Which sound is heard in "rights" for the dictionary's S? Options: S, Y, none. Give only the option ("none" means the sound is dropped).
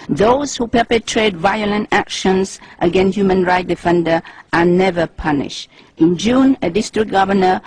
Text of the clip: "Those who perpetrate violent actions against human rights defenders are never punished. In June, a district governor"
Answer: none